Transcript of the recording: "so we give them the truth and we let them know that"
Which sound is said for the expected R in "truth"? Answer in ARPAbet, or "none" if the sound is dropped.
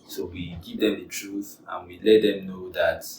R